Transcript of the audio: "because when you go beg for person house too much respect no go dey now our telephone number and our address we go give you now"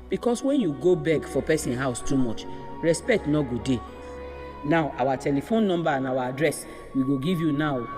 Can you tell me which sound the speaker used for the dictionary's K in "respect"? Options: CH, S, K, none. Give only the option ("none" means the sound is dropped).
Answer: K